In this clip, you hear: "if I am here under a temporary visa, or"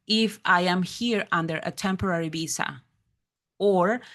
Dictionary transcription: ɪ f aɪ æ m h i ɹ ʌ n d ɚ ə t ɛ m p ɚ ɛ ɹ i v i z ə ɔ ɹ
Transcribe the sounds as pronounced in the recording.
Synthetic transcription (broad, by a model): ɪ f aɪ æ m h i ɹ ʌ n d ɚ ə t ɛ m p ɚ ɛ ɹ i b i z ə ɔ ɹ